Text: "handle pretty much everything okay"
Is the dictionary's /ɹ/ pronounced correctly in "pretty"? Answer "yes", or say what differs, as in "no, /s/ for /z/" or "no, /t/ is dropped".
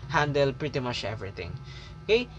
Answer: yes